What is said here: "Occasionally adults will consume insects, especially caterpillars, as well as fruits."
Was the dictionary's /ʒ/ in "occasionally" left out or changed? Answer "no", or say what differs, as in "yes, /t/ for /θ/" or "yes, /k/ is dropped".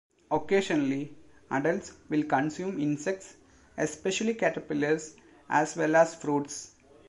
yes, /ʃ/ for /ʒ/